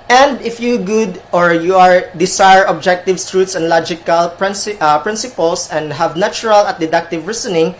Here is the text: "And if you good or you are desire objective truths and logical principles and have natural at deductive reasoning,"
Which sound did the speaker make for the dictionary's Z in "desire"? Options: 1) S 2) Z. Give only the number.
1